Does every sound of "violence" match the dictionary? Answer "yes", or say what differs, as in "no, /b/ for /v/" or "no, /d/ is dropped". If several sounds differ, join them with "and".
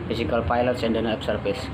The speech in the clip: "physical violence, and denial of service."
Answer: no, /p/ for /v/